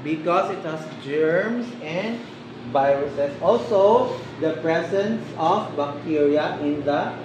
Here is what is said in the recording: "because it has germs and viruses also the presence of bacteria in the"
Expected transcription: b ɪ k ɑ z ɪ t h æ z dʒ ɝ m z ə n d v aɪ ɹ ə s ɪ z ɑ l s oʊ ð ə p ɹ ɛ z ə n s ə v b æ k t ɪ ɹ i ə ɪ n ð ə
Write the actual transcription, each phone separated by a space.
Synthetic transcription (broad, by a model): b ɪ k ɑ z ɪ t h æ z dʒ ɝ m s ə n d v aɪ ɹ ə s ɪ s ɑ l s oʊ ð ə p ɹ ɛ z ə n s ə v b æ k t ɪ ɹ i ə ɪ n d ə